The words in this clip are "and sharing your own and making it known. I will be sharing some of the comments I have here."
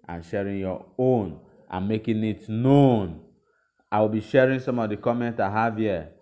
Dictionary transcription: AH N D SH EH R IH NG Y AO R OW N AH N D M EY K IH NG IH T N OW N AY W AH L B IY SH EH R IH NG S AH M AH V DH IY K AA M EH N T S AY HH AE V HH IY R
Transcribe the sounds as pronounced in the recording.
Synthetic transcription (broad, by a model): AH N SH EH R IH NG Y AO OW N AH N M EY K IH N IH T N OW N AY W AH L B IY SH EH R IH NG S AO M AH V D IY K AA M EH N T AY HH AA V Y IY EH